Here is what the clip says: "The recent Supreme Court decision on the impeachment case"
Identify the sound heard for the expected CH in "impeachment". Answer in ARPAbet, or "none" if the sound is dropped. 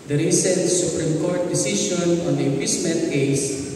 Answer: S